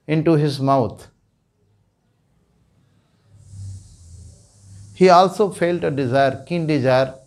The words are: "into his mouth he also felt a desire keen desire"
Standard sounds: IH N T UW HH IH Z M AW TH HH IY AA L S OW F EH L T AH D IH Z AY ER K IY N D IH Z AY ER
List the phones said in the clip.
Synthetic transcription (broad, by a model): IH N T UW HH IH Z M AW T HH IY AA L S OW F EH L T AH D IH Z AY ER K IY N D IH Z AY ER